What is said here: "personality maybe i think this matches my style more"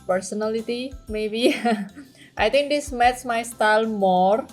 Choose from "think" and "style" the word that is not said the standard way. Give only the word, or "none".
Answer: think